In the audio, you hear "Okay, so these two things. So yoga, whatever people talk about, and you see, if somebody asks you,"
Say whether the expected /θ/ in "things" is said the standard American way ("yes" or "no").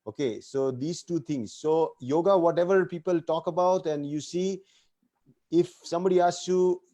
no